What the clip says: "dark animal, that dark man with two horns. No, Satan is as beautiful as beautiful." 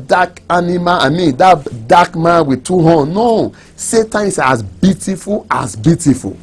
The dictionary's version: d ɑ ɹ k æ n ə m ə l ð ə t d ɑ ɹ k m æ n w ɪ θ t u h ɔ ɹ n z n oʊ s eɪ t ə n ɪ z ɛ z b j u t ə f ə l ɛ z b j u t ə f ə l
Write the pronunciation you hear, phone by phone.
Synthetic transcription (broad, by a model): d ɑ k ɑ n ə m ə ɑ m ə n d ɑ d k m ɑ n w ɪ t u h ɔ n n oʊ s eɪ t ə ɪ s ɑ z b j u t ə f ə l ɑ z b j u t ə f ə l